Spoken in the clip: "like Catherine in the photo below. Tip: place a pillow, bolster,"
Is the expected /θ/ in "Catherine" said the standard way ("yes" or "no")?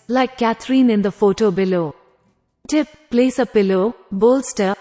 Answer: no